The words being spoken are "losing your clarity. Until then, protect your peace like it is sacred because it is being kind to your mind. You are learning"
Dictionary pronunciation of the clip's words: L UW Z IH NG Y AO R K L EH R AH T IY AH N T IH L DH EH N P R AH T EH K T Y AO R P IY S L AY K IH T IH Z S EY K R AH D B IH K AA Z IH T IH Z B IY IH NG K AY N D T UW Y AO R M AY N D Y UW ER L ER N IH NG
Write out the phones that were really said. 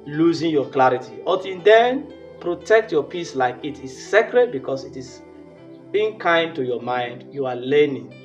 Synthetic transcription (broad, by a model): L UW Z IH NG Y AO K L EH R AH T IY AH T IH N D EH N P R AH T EH K T Y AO P IY S L AY K IH T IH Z S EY K R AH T B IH K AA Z IH T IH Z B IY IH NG K AY N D T UW Y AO M AY N D Y UW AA L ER N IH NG